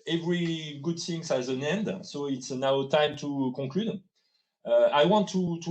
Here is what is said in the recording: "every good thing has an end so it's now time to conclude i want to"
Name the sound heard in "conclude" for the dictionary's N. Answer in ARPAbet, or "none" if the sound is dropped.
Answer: none